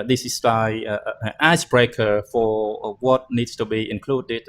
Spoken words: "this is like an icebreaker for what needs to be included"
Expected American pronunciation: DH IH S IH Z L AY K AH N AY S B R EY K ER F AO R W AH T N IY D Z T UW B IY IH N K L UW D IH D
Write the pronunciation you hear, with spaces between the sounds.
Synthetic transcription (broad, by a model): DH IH S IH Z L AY AH N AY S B R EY K ER F AO R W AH T N IY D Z T UW B IY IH N K L UW D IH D